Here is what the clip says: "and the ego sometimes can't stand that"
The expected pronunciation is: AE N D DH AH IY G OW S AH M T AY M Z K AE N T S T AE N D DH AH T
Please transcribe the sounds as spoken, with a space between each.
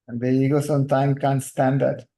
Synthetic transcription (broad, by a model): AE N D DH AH IY G OW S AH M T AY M K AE N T S T AE N D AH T